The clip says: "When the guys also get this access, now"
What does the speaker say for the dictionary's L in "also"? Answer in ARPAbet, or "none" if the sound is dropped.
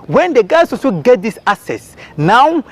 none